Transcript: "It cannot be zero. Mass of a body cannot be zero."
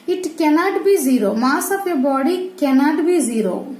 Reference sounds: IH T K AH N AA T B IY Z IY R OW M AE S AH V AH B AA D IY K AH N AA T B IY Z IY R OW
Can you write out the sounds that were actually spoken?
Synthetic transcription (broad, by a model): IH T K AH N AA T B IY Z IY R OW M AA S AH P AH B AA D IY K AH N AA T B IY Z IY R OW